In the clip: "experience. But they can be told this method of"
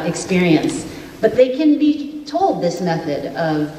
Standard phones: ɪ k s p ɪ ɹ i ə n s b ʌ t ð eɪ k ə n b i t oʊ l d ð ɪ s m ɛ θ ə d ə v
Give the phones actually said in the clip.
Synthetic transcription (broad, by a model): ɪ k s p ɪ ɹ i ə n s b ʌ t ð eɪ k ə n b i t oʊ l d ð ɪ s m ɛ θ ə d ə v